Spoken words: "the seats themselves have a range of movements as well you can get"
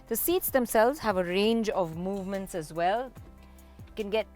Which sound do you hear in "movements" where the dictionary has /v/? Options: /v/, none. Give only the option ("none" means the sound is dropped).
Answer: /v/